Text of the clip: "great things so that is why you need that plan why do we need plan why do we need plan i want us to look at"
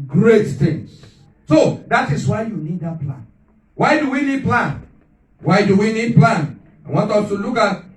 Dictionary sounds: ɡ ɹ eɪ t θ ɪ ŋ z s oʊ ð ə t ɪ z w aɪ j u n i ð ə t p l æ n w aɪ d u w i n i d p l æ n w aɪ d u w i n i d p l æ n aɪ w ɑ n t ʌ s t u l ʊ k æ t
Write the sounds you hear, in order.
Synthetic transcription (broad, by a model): ɡ ɹ eɪ t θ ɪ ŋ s s oʊ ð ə t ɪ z w aɪ j u n i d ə t p l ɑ n w aɪ d u w i n i d p l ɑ n w aɪ d u w i n i d p l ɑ n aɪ w ɑ n t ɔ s t u l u k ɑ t